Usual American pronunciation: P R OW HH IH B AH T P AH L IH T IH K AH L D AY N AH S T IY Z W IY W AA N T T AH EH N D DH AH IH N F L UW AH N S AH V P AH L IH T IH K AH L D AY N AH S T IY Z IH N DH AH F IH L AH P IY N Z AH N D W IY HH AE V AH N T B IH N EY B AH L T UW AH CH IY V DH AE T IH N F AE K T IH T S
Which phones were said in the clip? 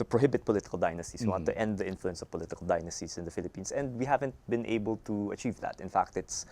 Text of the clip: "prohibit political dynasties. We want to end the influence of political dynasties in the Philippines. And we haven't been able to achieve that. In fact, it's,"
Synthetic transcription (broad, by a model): P R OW HH IH B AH T P AH L IH T IH K AH L D AY N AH S T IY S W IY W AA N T T EH N D DH AH IH N F L UW AH N S AH V P AH L IH T IH K AH L D AY N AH S T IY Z IH N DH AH F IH L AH P IY N S AH N D W IY HH AE V AH N T B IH N EY B AH L T UW AH CH IY V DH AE T IH N F AE K T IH T S